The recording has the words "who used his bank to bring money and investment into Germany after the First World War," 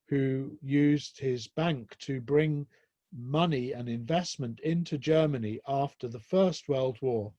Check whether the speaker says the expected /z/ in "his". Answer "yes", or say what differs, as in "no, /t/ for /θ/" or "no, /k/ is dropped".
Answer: yes